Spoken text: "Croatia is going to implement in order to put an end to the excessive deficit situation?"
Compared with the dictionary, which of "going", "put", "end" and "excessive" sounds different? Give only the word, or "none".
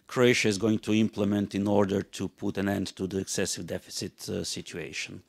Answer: none